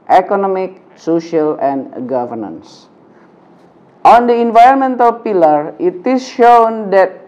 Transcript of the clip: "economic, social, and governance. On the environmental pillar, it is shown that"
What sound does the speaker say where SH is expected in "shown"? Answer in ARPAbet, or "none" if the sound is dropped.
SH